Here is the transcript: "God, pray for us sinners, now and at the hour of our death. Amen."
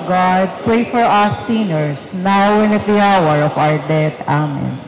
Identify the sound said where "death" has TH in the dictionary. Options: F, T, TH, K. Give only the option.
T